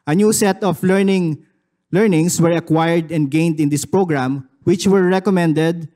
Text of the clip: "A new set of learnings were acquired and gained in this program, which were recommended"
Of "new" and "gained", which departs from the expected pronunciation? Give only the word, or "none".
none